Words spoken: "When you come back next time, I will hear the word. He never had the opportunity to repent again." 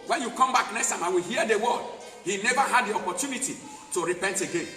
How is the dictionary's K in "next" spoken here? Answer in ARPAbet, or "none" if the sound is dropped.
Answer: none